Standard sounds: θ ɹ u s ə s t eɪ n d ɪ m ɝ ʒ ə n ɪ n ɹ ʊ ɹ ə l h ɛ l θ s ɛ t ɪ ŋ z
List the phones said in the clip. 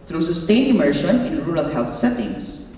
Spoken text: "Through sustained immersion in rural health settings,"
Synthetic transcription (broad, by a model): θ ɹ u s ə s t eɪ n ɪ m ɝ ʃ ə n ɪ n ɹ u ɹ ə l h ɛ l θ s ɛ t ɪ ŋ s